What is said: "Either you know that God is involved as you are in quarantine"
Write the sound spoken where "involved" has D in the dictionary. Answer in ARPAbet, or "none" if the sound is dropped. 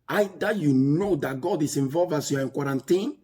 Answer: none